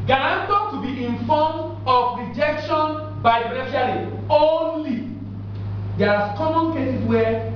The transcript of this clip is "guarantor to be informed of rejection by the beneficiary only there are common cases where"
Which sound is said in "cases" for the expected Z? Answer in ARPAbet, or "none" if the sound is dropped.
S